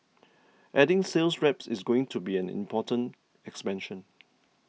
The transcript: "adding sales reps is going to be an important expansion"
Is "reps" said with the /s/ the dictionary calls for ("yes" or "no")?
yes